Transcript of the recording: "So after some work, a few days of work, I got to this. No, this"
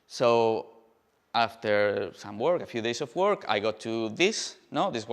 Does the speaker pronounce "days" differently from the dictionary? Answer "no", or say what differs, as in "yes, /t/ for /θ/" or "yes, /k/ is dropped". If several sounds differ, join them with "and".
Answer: yes, /s/ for /z/